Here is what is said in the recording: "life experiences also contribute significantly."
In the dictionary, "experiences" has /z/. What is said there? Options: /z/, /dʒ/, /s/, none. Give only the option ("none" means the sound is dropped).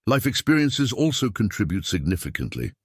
/z/